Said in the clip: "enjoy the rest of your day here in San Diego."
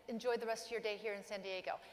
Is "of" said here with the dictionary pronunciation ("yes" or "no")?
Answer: yes